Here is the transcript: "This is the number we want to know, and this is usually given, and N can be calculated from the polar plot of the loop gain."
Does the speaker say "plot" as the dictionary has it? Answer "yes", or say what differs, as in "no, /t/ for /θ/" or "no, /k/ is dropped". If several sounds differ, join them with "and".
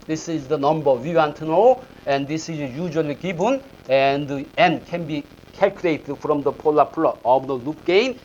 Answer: no, /t/ is dropped